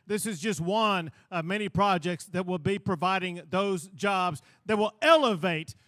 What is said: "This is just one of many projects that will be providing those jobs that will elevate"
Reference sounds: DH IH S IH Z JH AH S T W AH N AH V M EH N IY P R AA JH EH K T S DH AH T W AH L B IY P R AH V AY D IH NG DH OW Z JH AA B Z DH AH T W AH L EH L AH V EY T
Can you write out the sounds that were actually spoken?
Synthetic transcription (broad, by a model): DH IH S IH Z JH AH S T W AH N AH V M EH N IY P R AA JH EH K T S DH AH T W AH L B IY P R AH V AY D IH NG DH OW Z JH AA B Z DH AH T W AH L EH L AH V EY T